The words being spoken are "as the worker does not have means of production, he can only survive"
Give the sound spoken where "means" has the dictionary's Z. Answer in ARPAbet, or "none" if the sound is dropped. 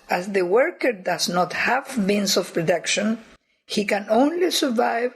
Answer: S